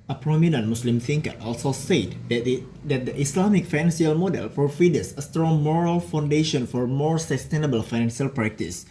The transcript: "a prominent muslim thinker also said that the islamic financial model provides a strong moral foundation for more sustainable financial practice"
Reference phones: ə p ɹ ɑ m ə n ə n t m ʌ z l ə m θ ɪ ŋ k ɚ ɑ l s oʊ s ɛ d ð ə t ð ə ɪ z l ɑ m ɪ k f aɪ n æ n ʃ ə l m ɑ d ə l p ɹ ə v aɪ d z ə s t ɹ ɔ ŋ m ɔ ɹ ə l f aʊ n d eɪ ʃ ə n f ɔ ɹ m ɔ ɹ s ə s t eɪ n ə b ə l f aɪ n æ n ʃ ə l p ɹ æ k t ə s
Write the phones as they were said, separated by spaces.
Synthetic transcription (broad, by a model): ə p ɹ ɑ m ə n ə n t m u s l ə m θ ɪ ŋ k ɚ ɑ l s oʊ s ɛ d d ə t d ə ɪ s l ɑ m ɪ k f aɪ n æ n s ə l m ɑ d ə l f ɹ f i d s ə s t ɹ ɔ ŋ m ɔ ɹ ə l f aʊ n d eɪ ʃ ə n f ɔ ɹ m ɔ ɹ s ə s t eɪ n ə b ə l f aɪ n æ n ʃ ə l p ɹ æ k t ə s